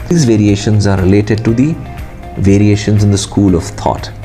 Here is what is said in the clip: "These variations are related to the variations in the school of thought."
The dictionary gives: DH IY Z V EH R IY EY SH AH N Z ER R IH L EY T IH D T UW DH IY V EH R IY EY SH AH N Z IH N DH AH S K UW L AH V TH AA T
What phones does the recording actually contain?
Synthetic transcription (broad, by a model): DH IY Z V EH R IY EY SH AH N Z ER R IH L EY T IH D T UW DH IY V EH R IY EY SH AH N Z IH N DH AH S K UW L AH V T AA T